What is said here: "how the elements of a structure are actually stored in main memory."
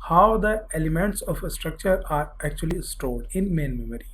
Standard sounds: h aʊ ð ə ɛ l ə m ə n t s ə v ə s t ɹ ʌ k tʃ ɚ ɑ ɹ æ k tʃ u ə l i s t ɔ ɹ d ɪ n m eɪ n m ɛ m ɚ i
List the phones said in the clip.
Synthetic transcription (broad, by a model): h aʊ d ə ɛ l ə m ə n t s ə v ə s t ɹ ʌ k tʃ ɚ ɑ ɹ æ k tʃ u ə l i s t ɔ l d ɪ n m eɪ n m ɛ m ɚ i